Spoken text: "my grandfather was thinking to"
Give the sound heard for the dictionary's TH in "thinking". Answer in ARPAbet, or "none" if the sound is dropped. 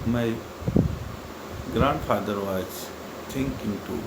T